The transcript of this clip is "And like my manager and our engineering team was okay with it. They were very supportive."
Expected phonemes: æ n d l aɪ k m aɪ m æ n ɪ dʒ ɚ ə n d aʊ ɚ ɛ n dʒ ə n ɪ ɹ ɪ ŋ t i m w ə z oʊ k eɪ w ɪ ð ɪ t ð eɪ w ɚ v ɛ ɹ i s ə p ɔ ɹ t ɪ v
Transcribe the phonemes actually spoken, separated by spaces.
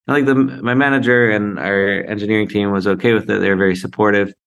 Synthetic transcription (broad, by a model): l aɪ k m aɪ m æ n ɪ dʒ ɚ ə n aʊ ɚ ɛ n dʒ ə n ɪ ɹ ɪ ŋ t i m w ə z oʊ k eɪ w ɪ ð ɪ t ð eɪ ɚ v ɛ ɹ i s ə p ɔ ɹ t ɪ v